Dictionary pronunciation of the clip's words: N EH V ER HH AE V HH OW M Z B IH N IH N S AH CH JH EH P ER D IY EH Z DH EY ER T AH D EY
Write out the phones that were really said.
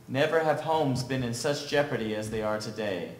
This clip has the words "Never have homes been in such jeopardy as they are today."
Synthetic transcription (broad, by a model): N EH V ER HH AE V HH OW M Z B IH N IH N S AH CH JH EH P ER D IY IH Z DH EY ER T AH D EY